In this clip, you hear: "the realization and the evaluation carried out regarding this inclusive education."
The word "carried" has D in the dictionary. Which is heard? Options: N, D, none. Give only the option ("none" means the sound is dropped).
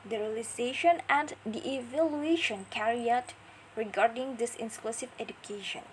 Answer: none